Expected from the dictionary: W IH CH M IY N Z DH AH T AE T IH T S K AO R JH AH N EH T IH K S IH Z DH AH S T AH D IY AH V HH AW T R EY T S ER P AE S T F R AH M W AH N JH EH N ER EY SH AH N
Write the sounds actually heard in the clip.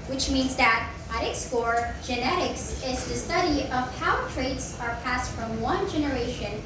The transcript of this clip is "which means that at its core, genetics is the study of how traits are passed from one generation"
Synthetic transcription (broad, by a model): W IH CH M IY N Z DH AH T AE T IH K S K AO R JH AH N EH T IH K S IH Z DH AH S T AH D IY AH V HH AW T R EY T S ER P AE S T F R AH M W AH N JH EH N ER EY SH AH N